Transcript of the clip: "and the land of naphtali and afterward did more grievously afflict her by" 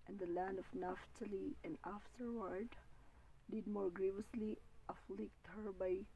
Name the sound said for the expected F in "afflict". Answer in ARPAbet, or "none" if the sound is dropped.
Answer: F